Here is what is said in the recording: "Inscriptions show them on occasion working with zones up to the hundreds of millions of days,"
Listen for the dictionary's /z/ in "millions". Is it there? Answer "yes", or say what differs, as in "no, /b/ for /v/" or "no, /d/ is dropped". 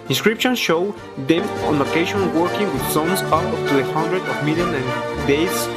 no, /z/ is dropped